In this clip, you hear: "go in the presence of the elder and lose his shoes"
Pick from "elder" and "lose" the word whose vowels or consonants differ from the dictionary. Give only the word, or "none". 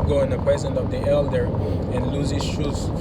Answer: none